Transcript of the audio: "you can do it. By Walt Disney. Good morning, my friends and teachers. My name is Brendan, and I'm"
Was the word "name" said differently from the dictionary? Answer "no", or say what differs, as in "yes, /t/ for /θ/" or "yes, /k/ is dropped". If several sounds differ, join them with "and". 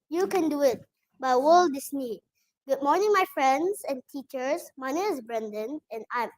yes, /m/ is dropped